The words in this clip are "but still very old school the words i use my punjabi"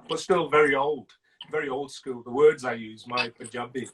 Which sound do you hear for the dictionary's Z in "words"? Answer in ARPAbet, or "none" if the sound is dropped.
Z